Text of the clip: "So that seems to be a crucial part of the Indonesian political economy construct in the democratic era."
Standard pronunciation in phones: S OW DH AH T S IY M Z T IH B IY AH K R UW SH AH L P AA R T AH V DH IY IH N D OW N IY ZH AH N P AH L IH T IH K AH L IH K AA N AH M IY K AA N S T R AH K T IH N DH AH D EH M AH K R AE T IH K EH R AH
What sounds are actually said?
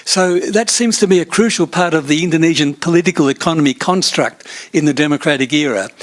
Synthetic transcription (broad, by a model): S OW DH AH T S IY M Z T IH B IY AH K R UW SH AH L P AA R T AH V DH IY IH N D OW N IY ZH AH N P AH L IH T IH K AH L IH K AA N AH M IY K AA N S T R AH K T IH N DH AH D EH M AH K R AE T IH K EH R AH